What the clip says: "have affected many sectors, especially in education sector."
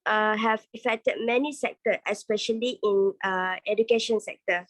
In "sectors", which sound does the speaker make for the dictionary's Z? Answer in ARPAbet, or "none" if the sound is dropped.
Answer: none